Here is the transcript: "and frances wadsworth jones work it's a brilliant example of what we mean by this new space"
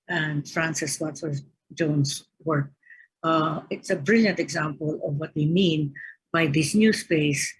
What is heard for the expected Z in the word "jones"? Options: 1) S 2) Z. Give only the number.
1